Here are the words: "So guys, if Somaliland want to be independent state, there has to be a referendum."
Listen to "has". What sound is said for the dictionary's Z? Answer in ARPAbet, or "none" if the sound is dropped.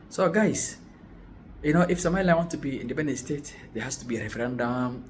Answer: S